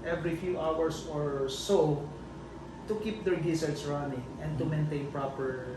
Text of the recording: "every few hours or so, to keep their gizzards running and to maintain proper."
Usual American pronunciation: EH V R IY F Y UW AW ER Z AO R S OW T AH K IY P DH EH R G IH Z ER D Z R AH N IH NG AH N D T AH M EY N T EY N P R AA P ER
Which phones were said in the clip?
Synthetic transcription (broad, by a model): EH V R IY F Y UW AW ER S AO R S OW T AH K IY P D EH R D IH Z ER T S R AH N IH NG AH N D T AH M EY N T EY N P R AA P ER